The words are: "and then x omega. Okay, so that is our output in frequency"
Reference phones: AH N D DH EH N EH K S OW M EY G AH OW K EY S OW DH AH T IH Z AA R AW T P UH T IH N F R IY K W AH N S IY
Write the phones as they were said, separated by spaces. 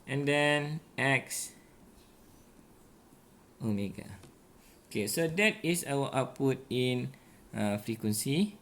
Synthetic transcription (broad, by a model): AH N D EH N EH K S OW M EY G AH OW K EY S OW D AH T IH S AA W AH T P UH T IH N F R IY K W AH N S IY